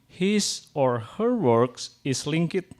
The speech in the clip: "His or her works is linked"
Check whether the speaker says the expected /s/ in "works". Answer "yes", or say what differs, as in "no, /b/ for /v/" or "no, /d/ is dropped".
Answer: yes